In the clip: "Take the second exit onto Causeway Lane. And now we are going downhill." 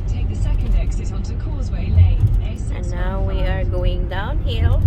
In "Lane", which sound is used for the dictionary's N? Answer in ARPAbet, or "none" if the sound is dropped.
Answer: none